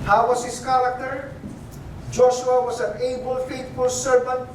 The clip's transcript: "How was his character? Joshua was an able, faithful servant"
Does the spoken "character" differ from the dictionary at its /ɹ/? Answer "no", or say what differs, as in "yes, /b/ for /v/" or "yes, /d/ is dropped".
yes, /l/ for /ɹ/